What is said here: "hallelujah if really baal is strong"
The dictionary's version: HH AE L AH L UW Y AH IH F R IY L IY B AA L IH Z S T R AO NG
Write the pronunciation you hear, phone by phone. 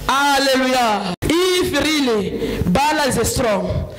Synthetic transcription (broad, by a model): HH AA L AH L UW Y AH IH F R IY L IY B AA L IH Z S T R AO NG